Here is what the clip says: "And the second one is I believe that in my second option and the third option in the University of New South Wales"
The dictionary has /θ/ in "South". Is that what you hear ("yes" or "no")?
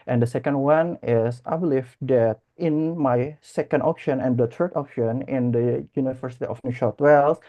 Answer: no